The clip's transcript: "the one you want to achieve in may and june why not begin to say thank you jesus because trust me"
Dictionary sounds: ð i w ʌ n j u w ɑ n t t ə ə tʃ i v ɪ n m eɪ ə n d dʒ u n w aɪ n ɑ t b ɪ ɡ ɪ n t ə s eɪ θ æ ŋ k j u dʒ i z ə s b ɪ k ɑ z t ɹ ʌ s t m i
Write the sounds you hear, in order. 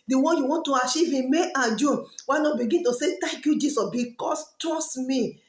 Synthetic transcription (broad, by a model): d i w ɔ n j u w ɑ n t t ə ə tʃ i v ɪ m eɪ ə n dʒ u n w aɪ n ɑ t b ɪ ɡ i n t ə s eɪ t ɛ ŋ k j u dʒ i s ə s b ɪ k ɑ s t ɔ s m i